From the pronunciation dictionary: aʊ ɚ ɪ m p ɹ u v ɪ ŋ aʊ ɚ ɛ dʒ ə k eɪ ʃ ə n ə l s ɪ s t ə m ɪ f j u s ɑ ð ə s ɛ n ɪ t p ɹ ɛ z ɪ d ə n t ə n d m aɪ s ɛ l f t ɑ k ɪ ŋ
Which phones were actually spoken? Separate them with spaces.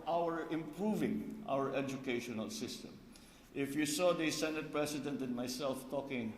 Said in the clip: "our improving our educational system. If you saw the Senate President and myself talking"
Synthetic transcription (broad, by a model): aʊ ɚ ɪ m p ɹ u v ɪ ŋ aʊ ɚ ɛ dʒ ə k eɪ ʃ ə n ə l s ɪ s t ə m ɪ f j u s ɑ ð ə s ɛ n ɪ t p ɹ ɛ s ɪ d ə n t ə n m aɪ s ɛ l f t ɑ k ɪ ŋ